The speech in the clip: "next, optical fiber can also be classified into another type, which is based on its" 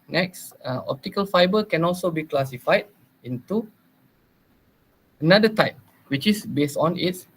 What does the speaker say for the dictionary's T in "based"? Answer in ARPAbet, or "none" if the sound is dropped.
T